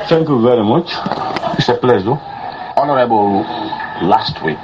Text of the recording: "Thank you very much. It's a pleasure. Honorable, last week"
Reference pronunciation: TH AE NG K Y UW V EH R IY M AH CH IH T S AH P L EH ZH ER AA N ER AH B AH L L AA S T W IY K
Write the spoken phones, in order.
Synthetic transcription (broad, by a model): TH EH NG K Y UW V EH R IY M AH CH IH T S AH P L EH Z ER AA N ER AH B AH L L AA S T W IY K